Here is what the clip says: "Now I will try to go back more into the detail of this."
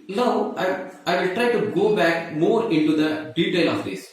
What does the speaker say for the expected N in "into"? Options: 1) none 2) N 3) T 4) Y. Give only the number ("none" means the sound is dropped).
2